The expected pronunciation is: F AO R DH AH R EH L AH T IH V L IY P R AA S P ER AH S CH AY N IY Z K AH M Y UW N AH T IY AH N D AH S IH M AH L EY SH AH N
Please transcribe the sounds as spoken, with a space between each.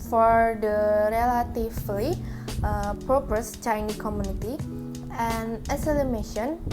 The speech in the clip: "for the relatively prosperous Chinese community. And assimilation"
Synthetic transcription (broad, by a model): F AO R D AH R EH L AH T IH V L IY P R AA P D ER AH S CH AY N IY K AH M Y UW N AH T IY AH N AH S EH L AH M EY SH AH N